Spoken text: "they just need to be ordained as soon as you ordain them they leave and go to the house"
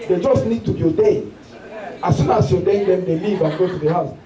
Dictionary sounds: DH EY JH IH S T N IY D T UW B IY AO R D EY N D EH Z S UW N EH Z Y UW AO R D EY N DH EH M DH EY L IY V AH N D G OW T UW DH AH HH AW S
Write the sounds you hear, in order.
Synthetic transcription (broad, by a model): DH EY JH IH S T N IY D T UW B IY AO D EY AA S UW N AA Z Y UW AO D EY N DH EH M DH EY L IY V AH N G OW T UW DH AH HH AW S